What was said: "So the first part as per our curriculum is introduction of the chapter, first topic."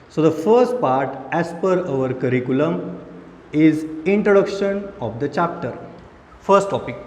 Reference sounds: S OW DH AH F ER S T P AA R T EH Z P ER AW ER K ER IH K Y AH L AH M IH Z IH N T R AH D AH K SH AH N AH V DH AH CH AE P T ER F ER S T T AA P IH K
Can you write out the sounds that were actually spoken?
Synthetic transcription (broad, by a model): S OW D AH F ER S T P AA R T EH S P ER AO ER K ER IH K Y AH L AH M IH Z IH N T R AH D AH K SH AH N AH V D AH CH AE P T ER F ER S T T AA P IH K